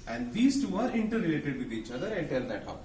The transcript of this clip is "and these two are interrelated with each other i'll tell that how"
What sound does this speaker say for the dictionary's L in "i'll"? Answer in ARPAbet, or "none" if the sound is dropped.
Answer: N